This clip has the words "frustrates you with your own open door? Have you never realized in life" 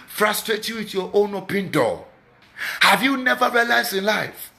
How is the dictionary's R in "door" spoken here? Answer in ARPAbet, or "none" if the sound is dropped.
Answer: L